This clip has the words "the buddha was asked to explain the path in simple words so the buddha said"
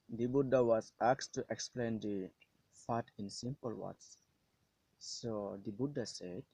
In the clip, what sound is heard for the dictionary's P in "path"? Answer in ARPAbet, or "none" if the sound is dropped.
F